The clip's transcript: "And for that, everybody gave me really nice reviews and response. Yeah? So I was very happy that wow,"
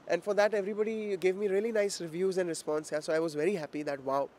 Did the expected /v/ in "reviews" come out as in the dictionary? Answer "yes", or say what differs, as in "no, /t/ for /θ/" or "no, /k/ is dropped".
yes